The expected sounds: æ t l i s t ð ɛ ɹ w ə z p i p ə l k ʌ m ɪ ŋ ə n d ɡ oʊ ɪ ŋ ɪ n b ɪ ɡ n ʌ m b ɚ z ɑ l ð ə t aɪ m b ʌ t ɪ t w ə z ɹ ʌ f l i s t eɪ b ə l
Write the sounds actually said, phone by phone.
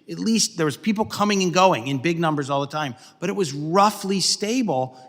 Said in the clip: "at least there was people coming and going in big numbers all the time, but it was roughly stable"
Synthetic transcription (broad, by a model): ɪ t l i s t ð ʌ ɹ w ə z p i p l k ʌ m ɪ ŋ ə n ɡ oʊ ɪ ŋ ɪ n b ɪ ɡ n ʌ m b ɚ z ɑ l ð ə t aɪ m b ʌ t ɪ t w ə z ɹ ʌ f l i s t eɪ b l